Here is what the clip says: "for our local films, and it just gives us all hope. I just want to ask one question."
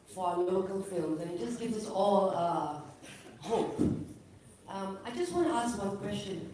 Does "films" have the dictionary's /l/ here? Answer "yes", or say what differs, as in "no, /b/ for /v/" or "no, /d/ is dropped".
yes